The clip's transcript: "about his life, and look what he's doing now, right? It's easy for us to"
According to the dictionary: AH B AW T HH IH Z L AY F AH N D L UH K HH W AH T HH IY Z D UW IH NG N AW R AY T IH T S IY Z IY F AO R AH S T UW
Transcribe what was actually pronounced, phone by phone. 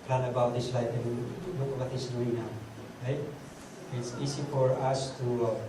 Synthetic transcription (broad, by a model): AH B AW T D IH S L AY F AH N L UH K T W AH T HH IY S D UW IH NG N AW R AY T IH T S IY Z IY F AO R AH S T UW